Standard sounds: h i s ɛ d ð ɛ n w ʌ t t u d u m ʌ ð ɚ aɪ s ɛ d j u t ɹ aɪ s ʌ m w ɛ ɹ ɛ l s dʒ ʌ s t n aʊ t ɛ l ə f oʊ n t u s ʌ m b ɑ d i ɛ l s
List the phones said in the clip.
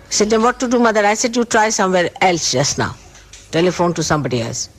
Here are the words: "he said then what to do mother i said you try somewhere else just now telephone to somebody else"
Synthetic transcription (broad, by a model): s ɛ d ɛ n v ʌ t t u d u m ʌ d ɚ aɪ s ɛ d j u t ɹ aɪ s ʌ m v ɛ ɹ ɛ l s dʒ ʌ s t n aʊ t ɛ l ə f oʊ n t u s ʌ m b ɑ d i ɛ l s